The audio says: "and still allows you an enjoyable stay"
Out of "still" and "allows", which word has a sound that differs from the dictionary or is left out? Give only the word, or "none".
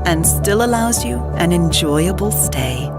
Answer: none